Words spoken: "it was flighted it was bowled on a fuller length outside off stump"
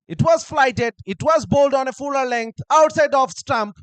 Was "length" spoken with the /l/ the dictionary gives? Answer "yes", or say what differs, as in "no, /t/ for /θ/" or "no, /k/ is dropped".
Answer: yes